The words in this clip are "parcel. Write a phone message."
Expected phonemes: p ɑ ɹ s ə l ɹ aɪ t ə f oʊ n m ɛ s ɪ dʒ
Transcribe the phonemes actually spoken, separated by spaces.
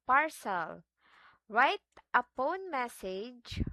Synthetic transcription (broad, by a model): p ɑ ɹ s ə l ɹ aɪ t ə p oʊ n m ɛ s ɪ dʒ